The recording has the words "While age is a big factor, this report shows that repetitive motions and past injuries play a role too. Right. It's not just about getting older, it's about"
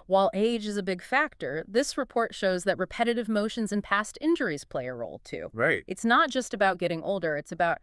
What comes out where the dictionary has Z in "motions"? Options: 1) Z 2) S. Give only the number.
1